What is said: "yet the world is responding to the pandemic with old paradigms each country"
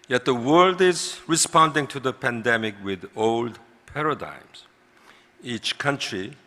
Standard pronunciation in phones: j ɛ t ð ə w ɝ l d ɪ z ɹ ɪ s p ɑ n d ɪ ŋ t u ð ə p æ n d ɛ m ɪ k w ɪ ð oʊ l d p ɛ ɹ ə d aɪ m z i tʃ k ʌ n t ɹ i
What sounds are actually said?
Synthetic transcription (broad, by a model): j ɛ t ð ə w ɝ l d ɪ z ɹ ɪ s p ɑ n d ɪ ŋ t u ð ə p æ n d ɛ m ɪ k w ɪ ð oʊ l d p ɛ ɹ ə d aɪ m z i tʃ k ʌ n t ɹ i